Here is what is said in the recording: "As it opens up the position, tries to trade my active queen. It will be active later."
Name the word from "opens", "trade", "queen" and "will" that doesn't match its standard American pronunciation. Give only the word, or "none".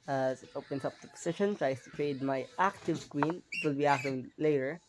opens